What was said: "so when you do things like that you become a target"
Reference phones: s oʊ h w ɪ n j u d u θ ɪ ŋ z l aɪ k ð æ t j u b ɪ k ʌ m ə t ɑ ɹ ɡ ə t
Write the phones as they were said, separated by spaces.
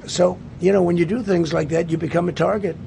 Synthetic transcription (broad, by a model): s oʊ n w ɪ n j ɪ d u θ ɪ ŋ z l aɪ k ð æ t j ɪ b ɪ k ʌ m ə t ɑ ɹ ɡ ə t